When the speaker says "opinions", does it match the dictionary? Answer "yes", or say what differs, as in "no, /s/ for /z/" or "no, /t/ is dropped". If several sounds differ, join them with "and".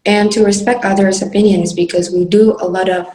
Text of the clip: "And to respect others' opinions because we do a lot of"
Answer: yes